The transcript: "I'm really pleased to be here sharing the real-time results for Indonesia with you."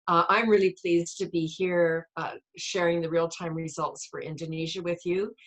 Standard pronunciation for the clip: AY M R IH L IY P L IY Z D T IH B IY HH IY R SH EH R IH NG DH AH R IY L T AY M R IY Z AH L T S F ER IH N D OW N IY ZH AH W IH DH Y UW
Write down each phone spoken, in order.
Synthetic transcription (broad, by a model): AY M R IH L IY P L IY Z T IH B IY HH IY R SH EH R IH NG DH AH R IY L T AY M R IY Z AH L T S F ER IH N D OW N IY ZH AH W IH DH Y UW